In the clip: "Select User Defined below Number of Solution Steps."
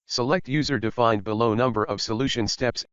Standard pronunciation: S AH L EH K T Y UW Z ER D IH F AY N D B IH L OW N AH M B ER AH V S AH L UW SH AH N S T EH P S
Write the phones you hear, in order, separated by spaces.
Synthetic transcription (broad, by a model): S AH L EH K T Y UW Z ER D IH F AY N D B IH L OW N AH M B ER AH V S AH L UW SH AH N S T EH P S